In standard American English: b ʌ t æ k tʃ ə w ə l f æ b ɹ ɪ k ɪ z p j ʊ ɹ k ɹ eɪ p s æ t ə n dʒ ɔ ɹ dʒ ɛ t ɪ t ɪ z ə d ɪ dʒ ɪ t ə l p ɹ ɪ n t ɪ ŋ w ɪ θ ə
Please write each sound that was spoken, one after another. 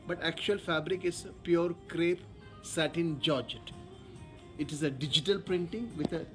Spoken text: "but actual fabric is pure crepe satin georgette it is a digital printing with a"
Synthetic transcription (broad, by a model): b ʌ t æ k tʃ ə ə l f æ b ɹ ɪ k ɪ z p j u ɹ k ɹ eɪ p s æ t ə n dʒ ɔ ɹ dʒ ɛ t ɪ t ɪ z ə d ɪ dʒ ɪ t ə l p ɹ ɪ n t ɪ ŋ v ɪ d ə